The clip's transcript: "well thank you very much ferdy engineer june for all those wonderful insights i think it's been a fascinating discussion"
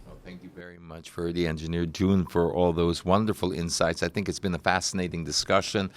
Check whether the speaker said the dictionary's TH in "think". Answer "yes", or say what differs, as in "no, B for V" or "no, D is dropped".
yes